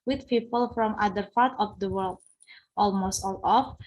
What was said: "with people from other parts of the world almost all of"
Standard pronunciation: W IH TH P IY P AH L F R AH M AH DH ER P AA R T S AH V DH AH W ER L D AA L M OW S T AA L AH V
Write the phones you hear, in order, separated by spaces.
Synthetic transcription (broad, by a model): W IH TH P IY P AH L F R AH M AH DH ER P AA R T AH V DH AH W ER L D AA L M OW S T AA L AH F